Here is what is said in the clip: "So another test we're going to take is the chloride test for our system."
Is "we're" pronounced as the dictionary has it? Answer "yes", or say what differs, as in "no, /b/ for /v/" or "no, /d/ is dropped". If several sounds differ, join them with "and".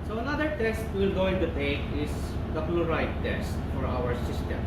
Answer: no, /l/ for /ɹ/